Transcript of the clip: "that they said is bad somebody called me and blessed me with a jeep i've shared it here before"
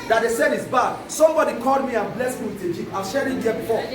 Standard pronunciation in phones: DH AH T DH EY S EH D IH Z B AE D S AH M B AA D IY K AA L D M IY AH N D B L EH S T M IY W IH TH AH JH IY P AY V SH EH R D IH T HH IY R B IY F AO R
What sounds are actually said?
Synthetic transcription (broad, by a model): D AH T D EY S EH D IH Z B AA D S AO M B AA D IY K AA L D M IY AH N B L EH S M IY W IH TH AH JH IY AY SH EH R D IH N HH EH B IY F AO